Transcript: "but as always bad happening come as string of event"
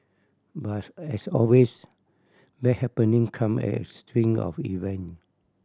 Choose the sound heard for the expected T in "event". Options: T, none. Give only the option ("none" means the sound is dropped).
none